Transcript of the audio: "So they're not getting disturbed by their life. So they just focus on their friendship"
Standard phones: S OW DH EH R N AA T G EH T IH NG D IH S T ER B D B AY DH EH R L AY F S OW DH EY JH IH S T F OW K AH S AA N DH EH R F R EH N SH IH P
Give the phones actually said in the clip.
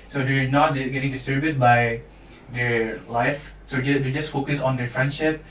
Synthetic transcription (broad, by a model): S OW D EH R N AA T G EH T IH NG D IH S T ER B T B AY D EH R L AY F S OW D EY JH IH S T F OW K AH S AA N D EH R F R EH N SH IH P